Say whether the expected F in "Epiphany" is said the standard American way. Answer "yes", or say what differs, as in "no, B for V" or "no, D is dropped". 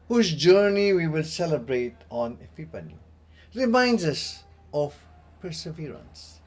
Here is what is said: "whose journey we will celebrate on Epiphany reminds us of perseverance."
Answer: no, P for F